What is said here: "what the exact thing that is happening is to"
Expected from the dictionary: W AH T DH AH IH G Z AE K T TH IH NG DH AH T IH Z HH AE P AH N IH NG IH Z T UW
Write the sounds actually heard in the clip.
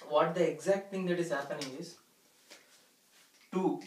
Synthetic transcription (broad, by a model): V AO T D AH IH G Z AE K T T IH NG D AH T IH Z HH AE P AH N IH NG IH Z T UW